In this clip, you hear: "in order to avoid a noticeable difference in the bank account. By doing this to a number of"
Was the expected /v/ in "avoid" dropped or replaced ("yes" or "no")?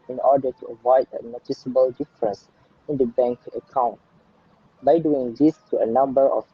no